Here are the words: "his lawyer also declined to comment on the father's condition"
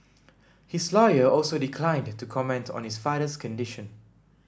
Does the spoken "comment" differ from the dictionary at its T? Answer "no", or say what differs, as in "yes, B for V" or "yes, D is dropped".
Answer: no